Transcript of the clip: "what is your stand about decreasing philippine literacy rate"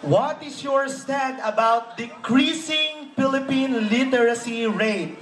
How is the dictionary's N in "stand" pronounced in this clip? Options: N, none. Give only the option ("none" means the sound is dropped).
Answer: none